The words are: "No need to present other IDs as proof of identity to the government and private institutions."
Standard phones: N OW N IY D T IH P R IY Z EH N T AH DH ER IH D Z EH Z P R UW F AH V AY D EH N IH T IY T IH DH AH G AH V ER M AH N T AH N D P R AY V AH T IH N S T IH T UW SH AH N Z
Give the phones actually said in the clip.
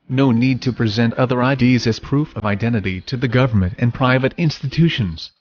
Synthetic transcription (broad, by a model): N OW N IY D T IH P R IY Z EH N T AH DH ER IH D Z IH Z P R UW F AH V AY D EH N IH T IY T IH DH AH G AH V ER M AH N T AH N P R AY V AH T IH N S T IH T UW SH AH N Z